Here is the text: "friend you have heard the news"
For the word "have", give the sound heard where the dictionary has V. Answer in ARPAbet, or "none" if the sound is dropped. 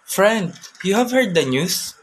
V